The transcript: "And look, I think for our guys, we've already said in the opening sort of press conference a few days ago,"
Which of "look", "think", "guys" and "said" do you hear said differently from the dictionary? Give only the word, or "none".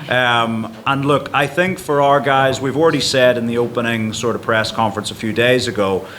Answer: none